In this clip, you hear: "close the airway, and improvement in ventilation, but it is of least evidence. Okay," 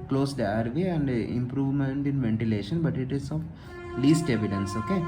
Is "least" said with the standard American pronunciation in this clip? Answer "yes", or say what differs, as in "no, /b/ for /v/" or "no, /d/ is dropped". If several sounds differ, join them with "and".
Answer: yes